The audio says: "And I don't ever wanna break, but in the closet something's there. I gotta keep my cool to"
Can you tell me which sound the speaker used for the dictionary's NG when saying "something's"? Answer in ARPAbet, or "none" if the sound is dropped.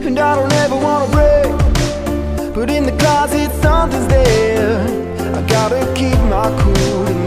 none